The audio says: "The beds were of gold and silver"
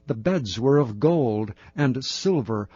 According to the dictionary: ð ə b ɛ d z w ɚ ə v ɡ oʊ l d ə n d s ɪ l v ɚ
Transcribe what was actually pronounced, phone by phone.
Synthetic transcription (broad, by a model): ð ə b ɛ d z w ɚ ə v ɡ oʊ l d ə n s ɪ l v ɚ